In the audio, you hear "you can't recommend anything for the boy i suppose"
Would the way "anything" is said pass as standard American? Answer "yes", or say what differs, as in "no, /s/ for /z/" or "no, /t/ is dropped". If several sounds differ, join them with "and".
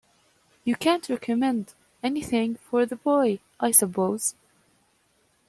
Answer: yes